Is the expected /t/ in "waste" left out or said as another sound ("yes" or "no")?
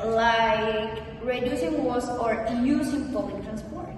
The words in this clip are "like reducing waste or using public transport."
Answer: yes